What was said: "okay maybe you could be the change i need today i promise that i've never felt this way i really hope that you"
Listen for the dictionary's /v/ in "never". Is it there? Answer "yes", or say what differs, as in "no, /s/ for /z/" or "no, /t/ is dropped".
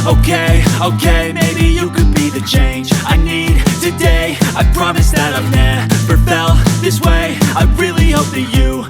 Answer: no, /p/ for /v/